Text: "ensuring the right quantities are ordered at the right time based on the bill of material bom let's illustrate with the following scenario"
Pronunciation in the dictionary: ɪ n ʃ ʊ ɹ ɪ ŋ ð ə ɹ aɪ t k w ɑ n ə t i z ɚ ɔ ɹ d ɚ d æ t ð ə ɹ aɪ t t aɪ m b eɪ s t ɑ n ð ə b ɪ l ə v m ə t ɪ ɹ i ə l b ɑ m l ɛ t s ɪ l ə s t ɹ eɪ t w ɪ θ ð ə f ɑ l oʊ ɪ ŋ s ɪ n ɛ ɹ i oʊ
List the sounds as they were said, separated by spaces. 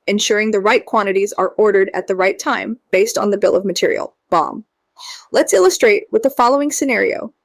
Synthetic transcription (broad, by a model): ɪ n ʃ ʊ ɹ ɪ ŋ ð ə ɹ aɪ t k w ɑ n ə t i z ɚ ɔ ɹ d ɚ d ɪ t ð ə ɹ aɪ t t aɪ m b eɪ s t n ð ə b ɪ l ə v m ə t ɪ ɹ i l b ɑ m l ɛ t s ɪ l ə s t ɹ eɪ t w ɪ ð ə f ɑ l oʊ ɪ ŋ s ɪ n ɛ ɹ i oʊ